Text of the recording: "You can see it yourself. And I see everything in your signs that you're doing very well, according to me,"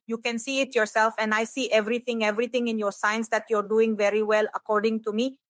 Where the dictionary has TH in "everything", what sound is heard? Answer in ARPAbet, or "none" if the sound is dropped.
T